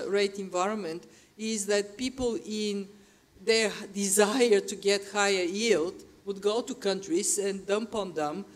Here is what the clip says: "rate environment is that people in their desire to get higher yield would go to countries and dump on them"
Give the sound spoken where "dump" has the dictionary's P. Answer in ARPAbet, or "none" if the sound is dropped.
P